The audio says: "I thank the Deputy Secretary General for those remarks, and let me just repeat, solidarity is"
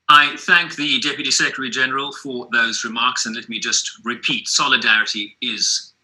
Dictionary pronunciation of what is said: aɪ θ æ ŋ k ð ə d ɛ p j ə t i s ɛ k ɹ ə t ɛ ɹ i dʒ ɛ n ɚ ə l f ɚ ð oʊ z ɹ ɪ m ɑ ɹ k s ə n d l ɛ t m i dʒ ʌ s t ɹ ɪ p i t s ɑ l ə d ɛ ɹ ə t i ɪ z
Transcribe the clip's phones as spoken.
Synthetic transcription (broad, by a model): aɪ θ æ ŋ k ð ə d ɛ p j ə t i s ɛ k ɹ ə t ɛ ɹ i dʒ ɛ n ɚ ə l f ɚ ð oʊ z ɹ ɪ m ɑ ɹ k s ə n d l ɛ t m i dʒ ʌ s t ɹ ɪ p i t s ɑ l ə d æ ɹ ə t i ɪ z